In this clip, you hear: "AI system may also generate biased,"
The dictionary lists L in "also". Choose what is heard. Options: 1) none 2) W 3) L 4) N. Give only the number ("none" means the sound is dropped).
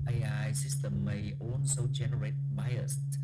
4